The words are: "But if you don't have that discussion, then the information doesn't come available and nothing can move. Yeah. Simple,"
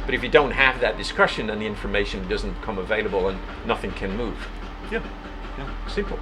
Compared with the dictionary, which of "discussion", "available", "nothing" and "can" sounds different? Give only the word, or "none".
none